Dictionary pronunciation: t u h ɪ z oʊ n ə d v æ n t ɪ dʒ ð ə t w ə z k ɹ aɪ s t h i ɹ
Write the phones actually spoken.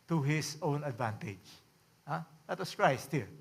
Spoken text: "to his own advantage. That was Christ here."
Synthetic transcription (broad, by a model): t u h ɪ s oʊ n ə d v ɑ n t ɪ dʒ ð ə t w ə s k ɹ aɪ s t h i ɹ